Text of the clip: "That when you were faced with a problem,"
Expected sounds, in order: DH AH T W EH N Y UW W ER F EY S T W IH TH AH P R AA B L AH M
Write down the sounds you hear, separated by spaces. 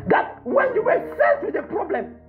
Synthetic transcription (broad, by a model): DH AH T W EH N Y UW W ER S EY T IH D AH P R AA B L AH M